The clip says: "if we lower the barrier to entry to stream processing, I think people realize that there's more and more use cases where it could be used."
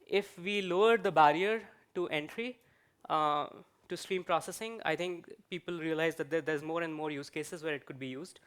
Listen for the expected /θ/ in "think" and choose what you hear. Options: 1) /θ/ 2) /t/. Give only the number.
2